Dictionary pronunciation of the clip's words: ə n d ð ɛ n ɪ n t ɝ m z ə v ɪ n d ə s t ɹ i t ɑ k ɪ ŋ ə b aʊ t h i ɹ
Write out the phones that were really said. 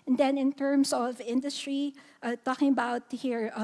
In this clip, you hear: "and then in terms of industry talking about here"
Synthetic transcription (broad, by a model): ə n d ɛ n ɪ n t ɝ m s ə v ɪ n d ə s t ɹ i t ɑ k ɪ ŋ ə b aʊ t h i ɹ